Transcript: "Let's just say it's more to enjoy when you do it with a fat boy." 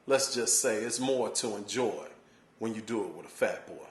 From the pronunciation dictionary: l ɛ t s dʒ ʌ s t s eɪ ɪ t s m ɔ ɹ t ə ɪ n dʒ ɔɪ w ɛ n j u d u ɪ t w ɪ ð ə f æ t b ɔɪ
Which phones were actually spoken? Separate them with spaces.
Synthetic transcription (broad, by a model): l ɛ t s dʒ ʌ s t s eɪ ɪ t s m ɔ ɹ t ə ɪ n dʒ ɔɪ w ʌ n j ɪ d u ɪ t w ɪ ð ə f æ t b ɔɪ